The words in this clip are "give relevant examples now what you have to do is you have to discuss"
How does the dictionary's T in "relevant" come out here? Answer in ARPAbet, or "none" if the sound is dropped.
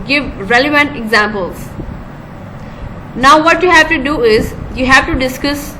T